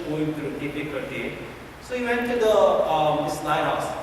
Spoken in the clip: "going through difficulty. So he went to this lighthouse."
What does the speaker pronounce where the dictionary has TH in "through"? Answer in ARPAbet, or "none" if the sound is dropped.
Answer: T